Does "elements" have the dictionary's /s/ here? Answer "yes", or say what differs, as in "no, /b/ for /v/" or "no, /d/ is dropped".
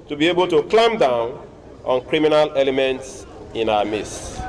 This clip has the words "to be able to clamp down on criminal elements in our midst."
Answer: yes